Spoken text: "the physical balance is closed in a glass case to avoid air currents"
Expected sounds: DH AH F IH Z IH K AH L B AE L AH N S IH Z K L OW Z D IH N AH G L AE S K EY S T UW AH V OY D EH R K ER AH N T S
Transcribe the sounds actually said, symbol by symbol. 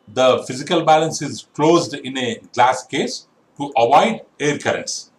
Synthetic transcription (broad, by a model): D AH F IH Z IH K AH L B AE L AH N S IH Z K L OW Z D IH N AH G L AE S K EY S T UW AH V OY D EH R K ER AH N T S